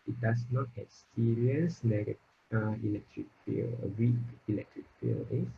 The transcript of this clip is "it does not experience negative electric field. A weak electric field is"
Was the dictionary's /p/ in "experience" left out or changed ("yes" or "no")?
yes